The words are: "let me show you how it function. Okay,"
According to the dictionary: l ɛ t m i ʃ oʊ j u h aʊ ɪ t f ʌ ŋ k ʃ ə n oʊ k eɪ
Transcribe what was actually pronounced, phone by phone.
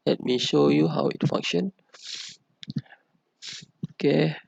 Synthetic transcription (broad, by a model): l ɛ t m i ʃ oʊ j u h aʊ ɪ t f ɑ ŋ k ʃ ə n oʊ k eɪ